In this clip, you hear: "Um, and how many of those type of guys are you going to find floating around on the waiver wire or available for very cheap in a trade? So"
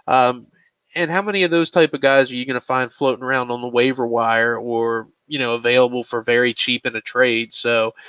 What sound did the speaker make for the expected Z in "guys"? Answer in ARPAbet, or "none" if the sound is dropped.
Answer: Z